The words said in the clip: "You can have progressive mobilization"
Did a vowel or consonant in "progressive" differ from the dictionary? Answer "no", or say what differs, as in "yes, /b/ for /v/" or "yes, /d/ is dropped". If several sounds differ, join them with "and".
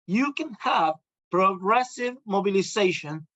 no